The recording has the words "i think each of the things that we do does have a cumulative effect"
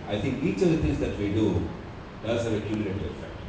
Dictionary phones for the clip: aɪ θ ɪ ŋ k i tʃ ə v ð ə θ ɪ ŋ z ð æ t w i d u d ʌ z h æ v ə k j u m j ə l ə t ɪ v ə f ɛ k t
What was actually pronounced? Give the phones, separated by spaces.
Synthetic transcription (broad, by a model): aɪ t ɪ ŋ k i tʃ ə v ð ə t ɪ ŋ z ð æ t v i d u d ʌ z h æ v ə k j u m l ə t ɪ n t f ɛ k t